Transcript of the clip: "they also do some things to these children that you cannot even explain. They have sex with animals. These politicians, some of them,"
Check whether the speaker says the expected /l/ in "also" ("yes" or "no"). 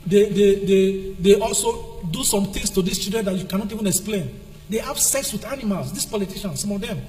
yes